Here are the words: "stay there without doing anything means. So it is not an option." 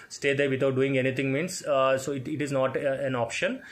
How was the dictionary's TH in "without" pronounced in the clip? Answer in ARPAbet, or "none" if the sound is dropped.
T